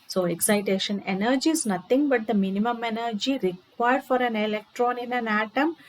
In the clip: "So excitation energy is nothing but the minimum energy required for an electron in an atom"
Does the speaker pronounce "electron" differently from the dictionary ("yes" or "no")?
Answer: no